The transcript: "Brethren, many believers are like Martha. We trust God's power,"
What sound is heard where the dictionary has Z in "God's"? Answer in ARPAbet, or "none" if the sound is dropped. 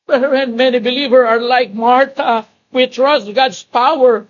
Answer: S